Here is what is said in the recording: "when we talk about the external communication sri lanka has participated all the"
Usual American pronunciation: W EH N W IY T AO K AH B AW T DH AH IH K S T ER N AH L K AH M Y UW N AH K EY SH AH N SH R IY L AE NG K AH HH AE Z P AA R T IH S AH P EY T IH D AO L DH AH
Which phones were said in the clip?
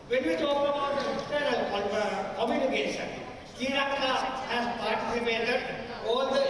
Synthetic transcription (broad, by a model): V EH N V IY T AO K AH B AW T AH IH S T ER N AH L K AH M Y UW N AH K EY SH AH N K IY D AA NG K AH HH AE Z P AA R T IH S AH P EY T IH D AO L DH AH